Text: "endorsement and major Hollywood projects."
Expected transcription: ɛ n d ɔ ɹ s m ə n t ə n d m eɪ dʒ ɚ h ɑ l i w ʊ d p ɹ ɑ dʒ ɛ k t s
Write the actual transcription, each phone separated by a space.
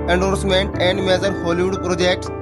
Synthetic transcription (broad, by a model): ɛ n d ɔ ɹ s m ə n t ə n d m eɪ z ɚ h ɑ l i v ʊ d p ɹ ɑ dʒ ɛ k t s